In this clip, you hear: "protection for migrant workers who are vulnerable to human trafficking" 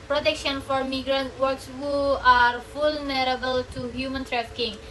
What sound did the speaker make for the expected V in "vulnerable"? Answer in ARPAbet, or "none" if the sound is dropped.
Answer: F